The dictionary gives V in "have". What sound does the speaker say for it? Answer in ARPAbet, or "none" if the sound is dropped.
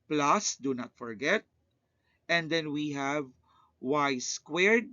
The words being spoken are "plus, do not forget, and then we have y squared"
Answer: V